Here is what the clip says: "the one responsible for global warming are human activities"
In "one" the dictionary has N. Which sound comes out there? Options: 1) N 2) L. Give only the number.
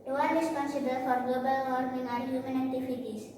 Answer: 2